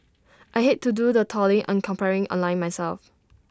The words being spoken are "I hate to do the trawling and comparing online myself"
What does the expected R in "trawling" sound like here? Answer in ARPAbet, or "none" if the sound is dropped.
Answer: none